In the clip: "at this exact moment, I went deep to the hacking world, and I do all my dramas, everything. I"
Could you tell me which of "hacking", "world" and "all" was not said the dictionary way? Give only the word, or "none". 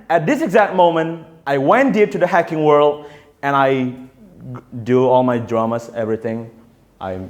none